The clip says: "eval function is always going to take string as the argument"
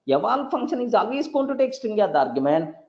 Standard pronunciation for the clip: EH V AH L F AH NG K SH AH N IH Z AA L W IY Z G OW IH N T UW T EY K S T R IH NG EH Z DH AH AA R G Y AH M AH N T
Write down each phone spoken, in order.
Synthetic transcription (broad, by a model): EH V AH L F AH NG K SH AH N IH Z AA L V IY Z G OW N T UW T EY K S T IH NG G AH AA R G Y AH M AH N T